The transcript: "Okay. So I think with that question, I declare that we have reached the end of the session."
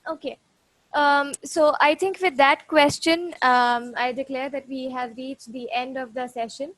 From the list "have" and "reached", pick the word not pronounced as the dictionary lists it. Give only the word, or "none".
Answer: none